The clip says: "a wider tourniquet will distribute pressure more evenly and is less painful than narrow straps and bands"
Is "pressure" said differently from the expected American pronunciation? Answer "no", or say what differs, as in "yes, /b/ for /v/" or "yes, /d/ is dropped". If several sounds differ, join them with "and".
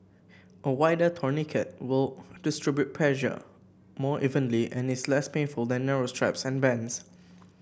yes, /l/ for /ɹ/